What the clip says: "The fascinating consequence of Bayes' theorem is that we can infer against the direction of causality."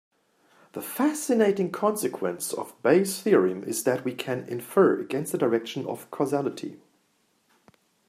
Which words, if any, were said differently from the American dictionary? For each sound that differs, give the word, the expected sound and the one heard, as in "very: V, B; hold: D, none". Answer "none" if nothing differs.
bayes: Z, S